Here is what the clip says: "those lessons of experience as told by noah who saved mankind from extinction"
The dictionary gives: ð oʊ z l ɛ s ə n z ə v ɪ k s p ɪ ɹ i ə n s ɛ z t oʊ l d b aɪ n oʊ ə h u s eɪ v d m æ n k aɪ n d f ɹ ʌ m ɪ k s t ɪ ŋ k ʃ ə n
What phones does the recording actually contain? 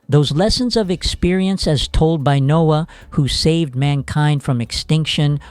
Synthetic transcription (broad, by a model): ð oʊ z l ɛ s ə n z ə v ɪ k s p ɪ ɹ i ə n s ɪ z t oʊ l d b aɪ n oʊ ə h u s eɪ v d m æ n k aɪ n d f ɹ ʌ m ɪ k s t ɪ ŋ k ʃ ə n